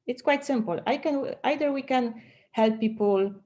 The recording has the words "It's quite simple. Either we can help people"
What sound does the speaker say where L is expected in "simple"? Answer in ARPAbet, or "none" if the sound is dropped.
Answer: W